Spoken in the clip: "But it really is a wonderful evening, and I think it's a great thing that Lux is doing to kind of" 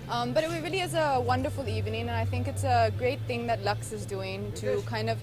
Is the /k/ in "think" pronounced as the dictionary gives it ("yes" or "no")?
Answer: yes